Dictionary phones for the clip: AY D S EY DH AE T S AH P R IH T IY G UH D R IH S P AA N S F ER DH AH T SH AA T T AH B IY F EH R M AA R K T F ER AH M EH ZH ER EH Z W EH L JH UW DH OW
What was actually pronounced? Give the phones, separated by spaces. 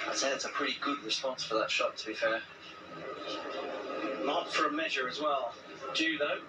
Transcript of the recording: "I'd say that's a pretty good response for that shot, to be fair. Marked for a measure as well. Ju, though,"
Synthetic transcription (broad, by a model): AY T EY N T AH P R IH T IY G UH D R IH S P AA N S F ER DH AH T SH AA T T AH B IY F EH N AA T F ER AH M EH ZH ER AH Z W EH L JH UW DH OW